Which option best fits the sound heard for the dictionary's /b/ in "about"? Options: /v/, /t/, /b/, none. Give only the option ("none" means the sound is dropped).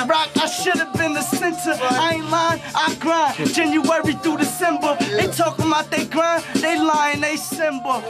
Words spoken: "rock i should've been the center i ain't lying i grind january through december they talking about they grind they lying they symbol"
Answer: none